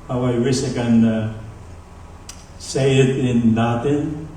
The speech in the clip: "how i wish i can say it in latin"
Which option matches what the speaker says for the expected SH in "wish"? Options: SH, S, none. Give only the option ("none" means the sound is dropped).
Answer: S